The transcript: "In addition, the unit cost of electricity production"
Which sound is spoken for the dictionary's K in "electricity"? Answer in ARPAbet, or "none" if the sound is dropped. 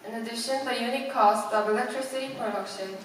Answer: K